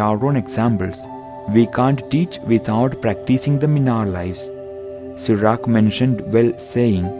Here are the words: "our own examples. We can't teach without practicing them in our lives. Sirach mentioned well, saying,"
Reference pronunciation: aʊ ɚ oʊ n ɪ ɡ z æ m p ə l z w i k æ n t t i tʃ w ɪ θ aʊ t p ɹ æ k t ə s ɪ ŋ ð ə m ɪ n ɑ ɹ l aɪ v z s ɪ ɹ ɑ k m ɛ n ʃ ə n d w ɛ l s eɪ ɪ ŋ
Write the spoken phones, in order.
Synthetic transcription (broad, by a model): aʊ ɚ oʊ n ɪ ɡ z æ m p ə l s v i k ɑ n t t i tʃ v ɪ t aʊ t p ɹ æ k t ə s ɪ ŋ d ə m ɪ n ɑ ɹ l aɪ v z s ɪ ɹ ɑ k m ɛ n ʃ ə n d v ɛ l s eɪ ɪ ŋ